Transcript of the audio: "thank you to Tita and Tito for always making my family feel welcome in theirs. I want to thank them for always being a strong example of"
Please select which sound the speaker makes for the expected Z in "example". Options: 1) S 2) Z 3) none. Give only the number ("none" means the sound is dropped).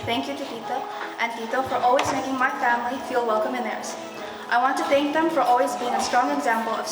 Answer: 2